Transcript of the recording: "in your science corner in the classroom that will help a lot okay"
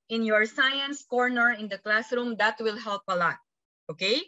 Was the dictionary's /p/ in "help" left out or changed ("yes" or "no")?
no